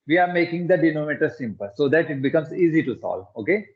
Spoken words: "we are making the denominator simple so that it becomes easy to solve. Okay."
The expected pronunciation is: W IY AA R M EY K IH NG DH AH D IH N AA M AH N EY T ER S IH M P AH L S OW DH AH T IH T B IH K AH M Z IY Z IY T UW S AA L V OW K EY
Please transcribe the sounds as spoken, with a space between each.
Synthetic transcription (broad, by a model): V IY AA R M EY K IH NG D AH D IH N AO M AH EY T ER S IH M P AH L S OW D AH T IH T B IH K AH M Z IY Z IY T UW S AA L OW K EY